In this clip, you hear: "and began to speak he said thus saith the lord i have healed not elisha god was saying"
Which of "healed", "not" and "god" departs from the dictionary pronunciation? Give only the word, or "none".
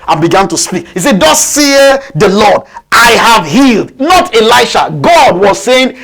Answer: none